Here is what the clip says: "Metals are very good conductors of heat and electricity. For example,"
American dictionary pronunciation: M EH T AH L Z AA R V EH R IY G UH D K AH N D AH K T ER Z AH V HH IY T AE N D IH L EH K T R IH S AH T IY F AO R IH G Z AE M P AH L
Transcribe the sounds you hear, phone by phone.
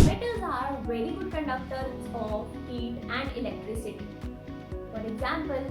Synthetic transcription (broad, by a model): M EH T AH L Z AA R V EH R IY G UH D K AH N D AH K T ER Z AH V HH IY T AE N D IH L EH K T R IH S AH T IY F AO R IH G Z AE M P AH L